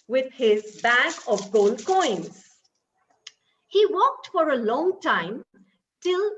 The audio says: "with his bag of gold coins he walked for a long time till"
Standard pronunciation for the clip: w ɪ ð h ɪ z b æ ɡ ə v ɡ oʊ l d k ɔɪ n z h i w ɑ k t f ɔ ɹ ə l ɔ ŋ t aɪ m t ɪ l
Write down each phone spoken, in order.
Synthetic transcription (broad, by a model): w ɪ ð h ɪ z b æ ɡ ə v ɡ oʊ l d k ɔɪ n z h i w ɑ k t f ɔ ɹ ə l ɔ ŋ t aɪ m t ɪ l